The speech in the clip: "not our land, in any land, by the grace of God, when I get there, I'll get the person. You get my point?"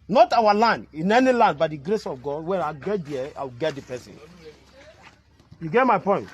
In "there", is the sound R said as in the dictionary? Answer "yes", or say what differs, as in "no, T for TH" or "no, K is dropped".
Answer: no, W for R